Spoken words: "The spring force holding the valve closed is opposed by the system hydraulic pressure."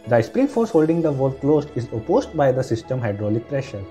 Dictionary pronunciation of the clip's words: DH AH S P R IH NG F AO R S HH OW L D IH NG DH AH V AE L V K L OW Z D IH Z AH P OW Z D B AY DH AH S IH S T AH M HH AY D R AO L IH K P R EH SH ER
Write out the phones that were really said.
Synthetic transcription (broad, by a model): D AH S P R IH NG F AO R S HH OW L D IH NG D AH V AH L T K L OW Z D IH Z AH P OW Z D B AY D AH S IH S T AH M HH AY D R AO L IH K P R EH SH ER